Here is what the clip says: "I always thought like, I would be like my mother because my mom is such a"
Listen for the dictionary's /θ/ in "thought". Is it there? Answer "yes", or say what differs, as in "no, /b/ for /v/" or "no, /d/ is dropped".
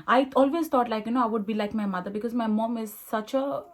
no, /t/ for /θ/